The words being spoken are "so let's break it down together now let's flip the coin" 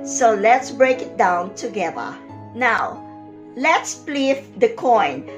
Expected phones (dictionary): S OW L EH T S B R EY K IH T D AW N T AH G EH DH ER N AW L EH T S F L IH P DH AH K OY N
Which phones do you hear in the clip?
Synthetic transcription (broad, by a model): S OW L EH T S B R EY K IH T D AW N T AH G EH DH ER N AW L EH T S P L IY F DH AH K OY N